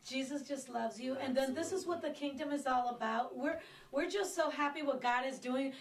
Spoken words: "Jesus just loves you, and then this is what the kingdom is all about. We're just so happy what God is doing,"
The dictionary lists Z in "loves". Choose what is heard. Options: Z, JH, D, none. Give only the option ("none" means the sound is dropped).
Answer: Z